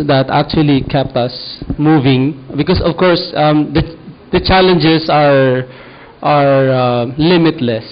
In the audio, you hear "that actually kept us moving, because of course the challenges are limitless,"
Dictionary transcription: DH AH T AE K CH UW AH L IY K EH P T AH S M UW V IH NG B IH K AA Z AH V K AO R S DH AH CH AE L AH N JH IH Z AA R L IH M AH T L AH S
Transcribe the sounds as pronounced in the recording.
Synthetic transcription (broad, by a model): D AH T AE K CH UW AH L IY K EH P T AH S M UW V IH NG B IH K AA S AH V K AO R S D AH CH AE L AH N JH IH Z AA R L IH M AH T L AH S